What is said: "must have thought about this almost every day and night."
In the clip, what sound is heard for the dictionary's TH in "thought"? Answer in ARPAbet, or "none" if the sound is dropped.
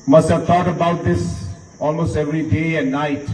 T